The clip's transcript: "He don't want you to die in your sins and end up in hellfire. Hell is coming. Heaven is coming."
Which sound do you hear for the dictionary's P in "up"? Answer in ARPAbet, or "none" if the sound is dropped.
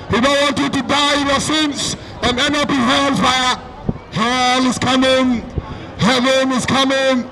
P